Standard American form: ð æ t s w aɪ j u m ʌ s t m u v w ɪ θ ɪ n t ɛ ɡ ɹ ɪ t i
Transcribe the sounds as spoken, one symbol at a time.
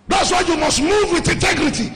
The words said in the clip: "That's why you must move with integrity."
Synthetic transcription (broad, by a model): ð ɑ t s w aɪ j u m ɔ s t m u v w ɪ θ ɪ n t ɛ ɡ ɹ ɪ t i